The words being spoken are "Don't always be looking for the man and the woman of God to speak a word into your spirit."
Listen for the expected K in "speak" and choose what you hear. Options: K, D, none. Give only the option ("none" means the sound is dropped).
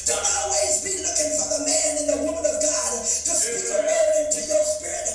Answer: none